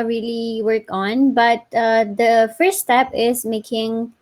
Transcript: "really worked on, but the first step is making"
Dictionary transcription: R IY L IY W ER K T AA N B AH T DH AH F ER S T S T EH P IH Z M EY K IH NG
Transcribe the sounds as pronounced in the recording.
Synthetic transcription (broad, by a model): R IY L IY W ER K AA N B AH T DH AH F ER S T S T EH P IH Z M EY K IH NG